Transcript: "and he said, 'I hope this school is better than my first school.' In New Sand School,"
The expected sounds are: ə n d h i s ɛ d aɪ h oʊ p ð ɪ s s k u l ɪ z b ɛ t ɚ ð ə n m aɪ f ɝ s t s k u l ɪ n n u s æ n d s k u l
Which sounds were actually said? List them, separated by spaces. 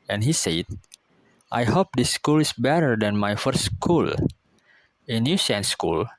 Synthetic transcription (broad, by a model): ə n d h i s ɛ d aɪ h oʊ p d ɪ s s k u l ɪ s b ɛ t ɚ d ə n m aɪ f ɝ t s k u l ɪ n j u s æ n s k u l